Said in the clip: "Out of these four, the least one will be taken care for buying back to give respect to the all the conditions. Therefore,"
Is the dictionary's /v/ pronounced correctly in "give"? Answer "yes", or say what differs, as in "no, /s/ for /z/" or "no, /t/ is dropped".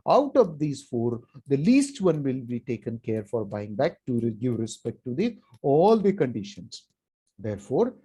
yes